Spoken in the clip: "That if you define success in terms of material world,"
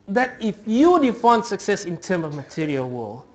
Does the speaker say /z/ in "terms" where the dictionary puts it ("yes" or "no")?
no